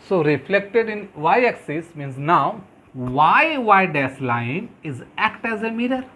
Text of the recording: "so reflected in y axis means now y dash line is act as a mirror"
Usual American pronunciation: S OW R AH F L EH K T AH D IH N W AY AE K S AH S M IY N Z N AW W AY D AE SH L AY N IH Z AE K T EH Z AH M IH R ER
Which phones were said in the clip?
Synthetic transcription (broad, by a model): S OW R AH F L EH K T AH D IH N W AY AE K S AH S M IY N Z N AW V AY D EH S L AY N IH Z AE K T EH Z AH M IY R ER